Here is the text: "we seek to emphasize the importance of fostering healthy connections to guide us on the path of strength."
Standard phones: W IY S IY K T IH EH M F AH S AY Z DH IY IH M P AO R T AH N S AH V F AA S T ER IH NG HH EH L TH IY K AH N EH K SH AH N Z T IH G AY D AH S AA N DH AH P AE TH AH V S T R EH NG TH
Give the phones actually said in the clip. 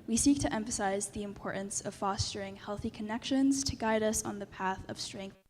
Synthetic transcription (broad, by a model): W IY S IY K T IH EH M F AH S AY Z DH IY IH M P AO R T N S AH V F AA S T ER IH NG HH EH L TH IY K AH N EH K SH AH N Z T IH G AY D AH S N DH AH P AE TH AH V S T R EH NG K